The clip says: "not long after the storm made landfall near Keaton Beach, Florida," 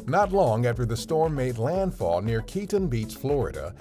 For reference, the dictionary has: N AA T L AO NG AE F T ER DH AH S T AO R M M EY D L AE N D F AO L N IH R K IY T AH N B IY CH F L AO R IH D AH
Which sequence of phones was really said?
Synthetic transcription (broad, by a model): N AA T L AO NG AE F T ER DH AH S T AO R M M EY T L AE N D F AO L N IH R K IY T AH N B IY S F L AO R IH D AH